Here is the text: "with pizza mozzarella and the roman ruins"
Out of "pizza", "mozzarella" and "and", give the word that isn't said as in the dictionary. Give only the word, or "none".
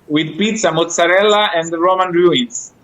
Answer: none